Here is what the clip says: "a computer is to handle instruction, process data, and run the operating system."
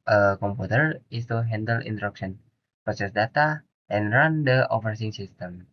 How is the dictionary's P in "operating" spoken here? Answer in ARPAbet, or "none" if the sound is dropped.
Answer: F